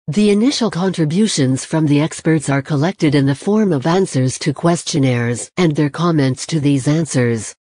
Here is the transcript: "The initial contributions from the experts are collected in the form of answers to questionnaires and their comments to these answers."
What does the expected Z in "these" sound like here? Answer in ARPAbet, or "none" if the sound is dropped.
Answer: Z